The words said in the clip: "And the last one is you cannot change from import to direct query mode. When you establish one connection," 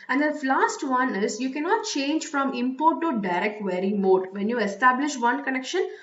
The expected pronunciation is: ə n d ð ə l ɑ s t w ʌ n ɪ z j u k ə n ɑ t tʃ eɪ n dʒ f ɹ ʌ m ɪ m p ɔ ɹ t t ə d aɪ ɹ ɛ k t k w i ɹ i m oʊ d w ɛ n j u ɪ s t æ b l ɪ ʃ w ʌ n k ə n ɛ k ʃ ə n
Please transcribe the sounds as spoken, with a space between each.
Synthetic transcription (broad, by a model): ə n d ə l ɑ s t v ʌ n ɪ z j u k ə n ɑ t tʃ eɪ n dʒ f ɹ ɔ m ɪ m p ɔ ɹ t t ə d aɪ ɹ ɛ k t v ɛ ɹ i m oʊ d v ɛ n j u ɪ s t æ b l ɪ ʃ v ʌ n k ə n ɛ k ʃ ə n